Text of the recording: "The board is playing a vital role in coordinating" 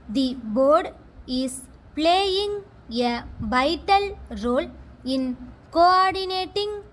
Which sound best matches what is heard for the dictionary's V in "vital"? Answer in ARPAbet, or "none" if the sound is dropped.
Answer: B